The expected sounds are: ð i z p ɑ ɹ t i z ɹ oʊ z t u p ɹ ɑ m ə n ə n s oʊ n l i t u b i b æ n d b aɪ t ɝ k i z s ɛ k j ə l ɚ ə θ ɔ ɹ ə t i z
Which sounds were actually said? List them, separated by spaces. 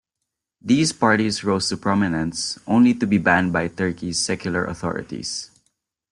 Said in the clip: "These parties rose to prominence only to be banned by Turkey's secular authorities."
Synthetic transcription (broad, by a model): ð i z p ɑ ɹ t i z ɹ oʊ s t u p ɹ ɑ m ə n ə n s oʊ n l i t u b i b æ n d b aɪ t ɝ k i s ɛ k j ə l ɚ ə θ ɔ ɹ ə t i s